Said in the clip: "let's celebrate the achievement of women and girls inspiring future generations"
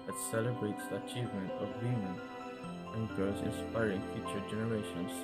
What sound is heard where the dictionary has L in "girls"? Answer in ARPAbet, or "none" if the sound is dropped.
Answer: none